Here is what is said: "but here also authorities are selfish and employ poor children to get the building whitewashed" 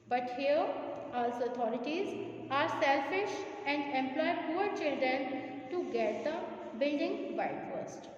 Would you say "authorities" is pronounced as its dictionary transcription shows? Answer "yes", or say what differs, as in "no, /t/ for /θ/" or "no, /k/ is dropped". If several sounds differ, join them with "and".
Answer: no, /t/ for /θ/